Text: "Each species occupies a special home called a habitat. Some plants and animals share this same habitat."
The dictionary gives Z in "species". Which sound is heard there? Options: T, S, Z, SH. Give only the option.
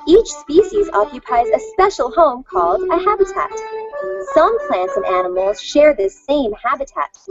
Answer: Z